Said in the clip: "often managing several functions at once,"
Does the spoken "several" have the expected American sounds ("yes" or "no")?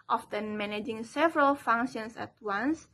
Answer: yes